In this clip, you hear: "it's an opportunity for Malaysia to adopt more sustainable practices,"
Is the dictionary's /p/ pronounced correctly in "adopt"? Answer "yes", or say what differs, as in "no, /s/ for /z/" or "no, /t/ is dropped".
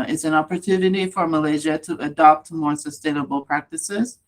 yes